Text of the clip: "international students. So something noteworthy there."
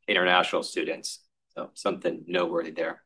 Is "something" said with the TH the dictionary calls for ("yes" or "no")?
yes